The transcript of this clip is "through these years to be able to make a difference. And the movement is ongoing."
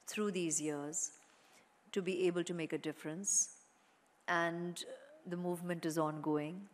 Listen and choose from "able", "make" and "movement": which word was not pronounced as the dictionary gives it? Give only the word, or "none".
none